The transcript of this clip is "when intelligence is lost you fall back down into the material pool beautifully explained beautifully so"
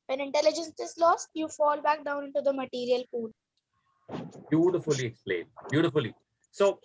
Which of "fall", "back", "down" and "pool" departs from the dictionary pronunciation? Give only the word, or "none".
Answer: pool